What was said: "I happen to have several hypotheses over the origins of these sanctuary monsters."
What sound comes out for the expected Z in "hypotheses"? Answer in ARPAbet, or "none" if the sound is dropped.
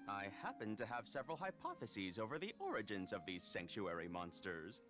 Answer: Z